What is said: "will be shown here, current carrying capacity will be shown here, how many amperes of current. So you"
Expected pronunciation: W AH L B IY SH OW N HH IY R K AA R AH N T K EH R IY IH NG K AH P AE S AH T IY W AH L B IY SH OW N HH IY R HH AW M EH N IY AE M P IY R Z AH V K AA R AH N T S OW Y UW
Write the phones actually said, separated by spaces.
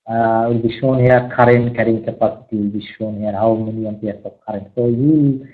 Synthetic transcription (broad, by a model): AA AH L B IY SH OW N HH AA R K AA R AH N K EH R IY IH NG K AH P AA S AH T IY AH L B IY SH OW N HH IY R HH AW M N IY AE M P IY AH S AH P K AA R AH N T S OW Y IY